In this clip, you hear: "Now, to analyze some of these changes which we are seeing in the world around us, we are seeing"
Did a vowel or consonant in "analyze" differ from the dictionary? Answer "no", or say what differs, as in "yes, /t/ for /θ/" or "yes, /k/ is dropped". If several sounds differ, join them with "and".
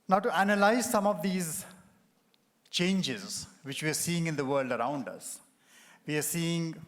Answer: no